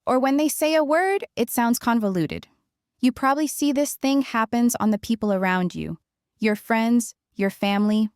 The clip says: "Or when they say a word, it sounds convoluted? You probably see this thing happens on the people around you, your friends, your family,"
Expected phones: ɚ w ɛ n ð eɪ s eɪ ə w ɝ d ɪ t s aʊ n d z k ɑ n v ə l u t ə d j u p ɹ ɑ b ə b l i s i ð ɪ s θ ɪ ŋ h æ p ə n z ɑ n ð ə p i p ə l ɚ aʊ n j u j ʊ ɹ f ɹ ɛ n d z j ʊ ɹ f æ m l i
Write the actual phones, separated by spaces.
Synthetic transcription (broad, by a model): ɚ w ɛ n ð eɪ s eɪ ə w ɝ d ɪ t s aʊ n d z k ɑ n v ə l u t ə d j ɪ p ɹ ɑ b ə b l i s i ð ɪ s θ ɪ ŋ h æ p ə n z n ð ə p i p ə l ɚ aʊ n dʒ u j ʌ ɹ f ɹ ɛ n d z j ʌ ɹ f æ m l i